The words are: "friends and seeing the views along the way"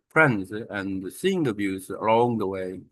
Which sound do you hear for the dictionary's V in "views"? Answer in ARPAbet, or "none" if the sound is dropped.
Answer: B